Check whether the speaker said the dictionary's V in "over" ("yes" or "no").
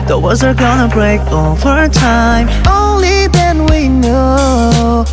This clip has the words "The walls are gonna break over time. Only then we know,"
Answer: no